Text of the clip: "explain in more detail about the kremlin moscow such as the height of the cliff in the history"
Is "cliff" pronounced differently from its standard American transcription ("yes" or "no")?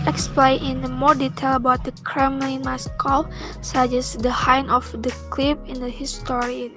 yes